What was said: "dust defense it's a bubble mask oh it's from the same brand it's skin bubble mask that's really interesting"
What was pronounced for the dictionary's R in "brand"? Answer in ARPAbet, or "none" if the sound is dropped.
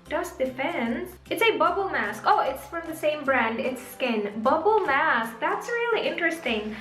R